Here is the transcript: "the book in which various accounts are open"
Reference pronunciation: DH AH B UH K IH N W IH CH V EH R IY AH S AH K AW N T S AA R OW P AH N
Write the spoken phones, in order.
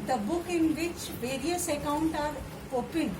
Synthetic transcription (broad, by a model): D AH B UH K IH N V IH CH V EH R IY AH S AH K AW N T AA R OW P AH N